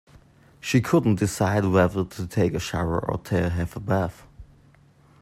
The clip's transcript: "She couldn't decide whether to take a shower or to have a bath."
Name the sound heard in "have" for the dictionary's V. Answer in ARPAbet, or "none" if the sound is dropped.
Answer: F